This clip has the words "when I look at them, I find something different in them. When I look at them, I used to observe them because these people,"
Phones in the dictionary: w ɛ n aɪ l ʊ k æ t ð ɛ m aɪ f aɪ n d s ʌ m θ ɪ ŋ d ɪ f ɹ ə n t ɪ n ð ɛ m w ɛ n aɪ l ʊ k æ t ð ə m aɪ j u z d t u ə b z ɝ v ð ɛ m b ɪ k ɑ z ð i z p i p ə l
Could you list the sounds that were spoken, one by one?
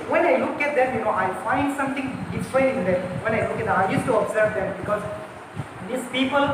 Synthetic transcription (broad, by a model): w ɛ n aɪ l ʊ k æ t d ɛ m aɪ f aɪ n d s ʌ m t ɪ ŋ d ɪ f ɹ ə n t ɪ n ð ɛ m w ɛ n aɪ l ʊ k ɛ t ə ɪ j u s t u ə b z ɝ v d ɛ m b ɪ k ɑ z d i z p i p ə l